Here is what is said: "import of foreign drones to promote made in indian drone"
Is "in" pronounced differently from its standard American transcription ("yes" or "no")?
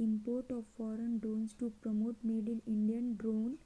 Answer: yes